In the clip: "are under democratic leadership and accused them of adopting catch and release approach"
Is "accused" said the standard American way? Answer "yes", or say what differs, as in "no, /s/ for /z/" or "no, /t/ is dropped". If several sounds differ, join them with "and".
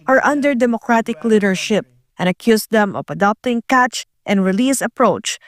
no, /s/ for /z/